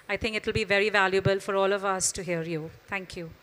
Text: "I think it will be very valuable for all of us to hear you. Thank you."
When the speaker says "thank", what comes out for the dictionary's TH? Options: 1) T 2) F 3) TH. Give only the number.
1